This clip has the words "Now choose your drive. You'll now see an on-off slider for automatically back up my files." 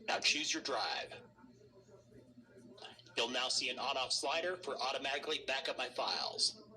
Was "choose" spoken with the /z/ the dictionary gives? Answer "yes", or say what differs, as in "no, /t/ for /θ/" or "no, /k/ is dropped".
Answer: yes